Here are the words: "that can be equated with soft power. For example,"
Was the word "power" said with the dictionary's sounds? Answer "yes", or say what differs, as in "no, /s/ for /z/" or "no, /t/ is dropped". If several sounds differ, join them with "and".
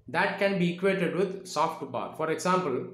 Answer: no, /b/ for /p/